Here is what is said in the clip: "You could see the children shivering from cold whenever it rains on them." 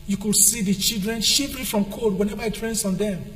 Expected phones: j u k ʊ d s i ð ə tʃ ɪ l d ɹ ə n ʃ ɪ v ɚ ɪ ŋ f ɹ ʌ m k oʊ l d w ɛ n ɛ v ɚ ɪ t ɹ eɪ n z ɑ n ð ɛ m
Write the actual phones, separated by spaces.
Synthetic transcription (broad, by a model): j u k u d s i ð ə tʃ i l d ɹ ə n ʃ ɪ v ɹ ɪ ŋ f ɹ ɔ m k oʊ d w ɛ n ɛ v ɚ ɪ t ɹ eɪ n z ɑ n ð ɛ m